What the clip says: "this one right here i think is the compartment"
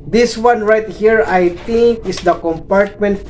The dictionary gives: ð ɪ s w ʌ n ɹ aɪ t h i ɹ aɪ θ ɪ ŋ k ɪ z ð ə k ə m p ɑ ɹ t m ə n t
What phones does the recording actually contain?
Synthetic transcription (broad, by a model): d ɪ s w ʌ n ɹ aɪ t h i ɹ aɪ t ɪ ŋ k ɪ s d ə k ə m p ɑ ɹ t m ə n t